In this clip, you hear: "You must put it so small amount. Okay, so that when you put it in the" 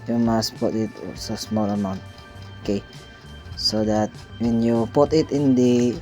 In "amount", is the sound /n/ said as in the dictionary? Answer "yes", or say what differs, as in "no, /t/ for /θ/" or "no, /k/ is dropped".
yes